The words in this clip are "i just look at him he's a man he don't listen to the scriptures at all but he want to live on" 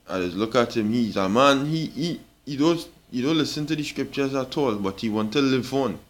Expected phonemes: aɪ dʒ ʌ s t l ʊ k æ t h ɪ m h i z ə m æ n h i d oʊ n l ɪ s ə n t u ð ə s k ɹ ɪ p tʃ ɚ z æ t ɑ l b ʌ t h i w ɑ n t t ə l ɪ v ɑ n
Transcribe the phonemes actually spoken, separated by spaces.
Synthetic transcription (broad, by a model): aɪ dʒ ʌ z l ʊ k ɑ t h ɪ m h i z ə m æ n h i d oʊ n l ɪ s ə n t u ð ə s k ɹ ɪ p tʃ ɚ z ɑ t ɑ l b ʌ t h i w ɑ n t t ə l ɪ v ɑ n